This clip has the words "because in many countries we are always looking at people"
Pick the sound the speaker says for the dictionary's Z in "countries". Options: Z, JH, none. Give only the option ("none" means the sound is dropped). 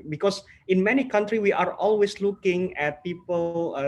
none